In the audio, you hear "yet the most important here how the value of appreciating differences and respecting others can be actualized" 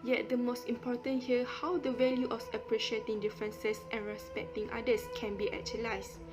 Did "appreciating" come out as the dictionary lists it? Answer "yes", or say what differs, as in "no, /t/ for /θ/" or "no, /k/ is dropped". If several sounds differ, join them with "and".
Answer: yes